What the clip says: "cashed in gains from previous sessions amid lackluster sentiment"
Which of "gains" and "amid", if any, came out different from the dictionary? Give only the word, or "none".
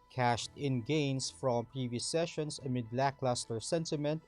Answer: gains